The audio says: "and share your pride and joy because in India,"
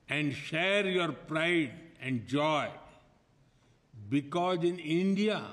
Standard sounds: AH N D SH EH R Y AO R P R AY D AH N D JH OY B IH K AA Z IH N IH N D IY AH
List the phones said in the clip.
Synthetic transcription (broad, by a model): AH N D SH EH R Y AO R P R AY D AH N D JH OY B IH K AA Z IH N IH N D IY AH